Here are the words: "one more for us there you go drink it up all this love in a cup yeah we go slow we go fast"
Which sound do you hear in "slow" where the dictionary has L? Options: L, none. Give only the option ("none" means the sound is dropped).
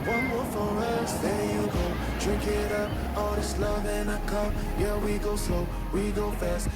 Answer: none